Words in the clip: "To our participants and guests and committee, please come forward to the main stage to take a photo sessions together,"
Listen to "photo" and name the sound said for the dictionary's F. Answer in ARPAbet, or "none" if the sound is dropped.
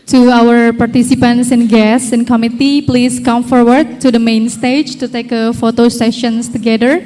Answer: F